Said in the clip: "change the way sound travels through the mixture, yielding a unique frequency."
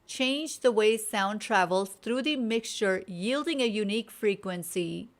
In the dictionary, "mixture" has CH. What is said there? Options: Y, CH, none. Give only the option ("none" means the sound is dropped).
CH